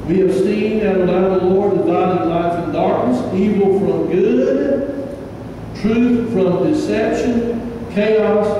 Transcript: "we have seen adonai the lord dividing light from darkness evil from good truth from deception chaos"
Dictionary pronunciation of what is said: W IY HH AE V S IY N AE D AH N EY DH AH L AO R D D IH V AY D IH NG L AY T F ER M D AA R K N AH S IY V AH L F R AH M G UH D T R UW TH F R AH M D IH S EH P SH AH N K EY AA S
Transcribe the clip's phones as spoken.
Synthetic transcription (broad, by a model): W IY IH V S IY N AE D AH IH DH AH L AO R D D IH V AY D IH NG L AY F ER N D AA R K N AH S IY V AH L F R AH M G UH D T R UW TH F R AH M D IH S EH P SH AH N K EY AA S